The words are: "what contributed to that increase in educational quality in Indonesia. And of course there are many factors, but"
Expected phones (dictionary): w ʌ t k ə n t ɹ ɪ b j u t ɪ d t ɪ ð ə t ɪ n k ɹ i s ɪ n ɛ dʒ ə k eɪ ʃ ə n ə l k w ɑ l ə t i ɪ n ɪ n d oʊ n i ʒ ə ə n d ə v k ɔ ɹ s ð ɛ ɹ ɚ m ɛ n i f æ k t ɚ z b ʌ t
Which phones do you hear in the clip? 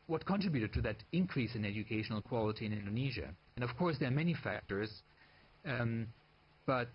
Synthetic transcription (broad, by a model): w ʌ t k ə n t ɹ ɪ b j u t ɪ d t ɪ ð ə t ɪ n k ɹ i s ɪ n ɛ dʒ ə k eɪ ʃ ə n l k w ɑ l ə t i ɪ n ɪ n d oʊ n i ʒ ə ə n ə v k ɔ ɹ s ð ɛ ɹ m ɛ n i f æ k t ɚ z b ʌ t